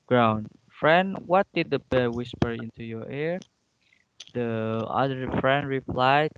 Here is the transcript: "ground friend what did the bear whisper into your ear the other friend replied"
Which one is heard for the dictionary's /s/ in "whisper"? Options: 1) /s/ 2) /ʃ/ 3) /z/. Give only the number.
1